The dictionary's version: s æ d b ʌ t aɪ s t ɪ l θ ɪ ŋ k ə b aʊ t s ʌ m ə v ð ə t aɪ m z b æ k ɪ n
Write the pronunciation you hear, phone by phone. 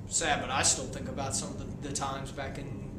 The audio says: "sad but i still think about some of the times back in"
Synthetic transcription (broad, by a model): s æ d b ʌ t aɪ s t ɪ l θ ɪ ŋ k ə b aʊ t s ʌ m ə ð ð ə t aɪ m z b æ k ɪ n